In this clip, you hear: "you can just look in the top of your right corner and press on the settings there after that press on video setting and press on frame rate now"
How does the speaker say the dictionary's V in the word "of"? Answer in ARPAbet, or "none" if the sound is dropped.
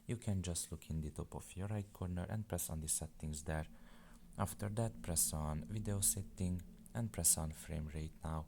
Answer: F